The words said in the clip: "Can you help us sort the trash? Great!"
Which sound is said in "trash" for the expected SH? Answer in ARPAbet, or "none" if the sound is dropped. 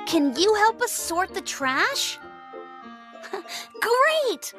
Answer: SH